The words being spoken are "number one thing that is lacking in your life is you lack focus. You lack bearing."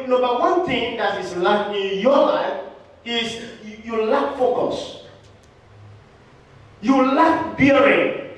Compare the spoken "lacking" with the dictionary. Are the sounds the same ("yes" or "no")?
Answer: no